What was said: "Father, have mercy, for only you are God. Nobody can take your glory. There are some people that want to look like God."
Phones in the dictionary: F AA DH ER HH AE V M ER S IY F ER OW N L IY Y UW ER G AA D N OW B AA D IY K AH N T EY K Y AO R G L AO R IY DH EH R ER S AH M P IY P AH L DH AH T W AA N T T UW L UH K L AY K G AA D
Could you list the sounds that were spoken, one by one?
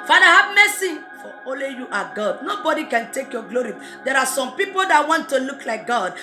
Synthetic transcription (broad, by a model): F AA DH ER HH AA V M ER S IY F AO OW L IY Y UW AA G AA D N OW B AA D IY K AH N T EY K Y AO G L AO R IY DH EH R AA S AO M P IY P AH L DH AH T W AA N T T UW L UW K L AY K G AA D